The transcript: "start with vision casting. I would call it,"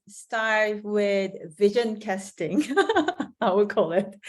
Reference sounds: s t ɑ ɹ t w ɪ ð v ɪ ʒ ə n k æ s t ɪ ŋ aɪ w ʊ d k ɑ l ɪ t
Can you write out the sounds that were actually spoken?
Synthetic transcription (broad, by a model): s t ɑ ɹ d w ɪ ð v ɪ ʒ ə n k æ s t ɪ ŋ aɪ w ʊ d k ɑ l ɪ t